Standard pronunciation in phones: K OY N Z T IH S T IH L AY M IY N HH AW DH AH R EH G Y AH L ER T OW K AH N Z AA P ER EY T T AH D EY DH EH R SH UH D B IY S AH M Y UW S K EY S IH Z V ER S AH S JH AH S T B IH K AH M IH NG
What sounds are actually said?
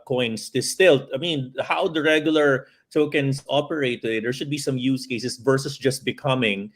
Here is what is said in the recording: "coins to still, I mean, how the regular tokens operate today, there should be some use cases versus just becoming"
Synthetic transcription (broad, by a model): K OY N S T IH S T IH L AY M IY N HH AW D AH R EH G Y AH L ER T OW K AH N S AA P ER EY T T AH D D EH R SH UH D B IY S AH M Y UW S K EY S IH S V ER S AH S JH AH S T B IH K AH M IH NG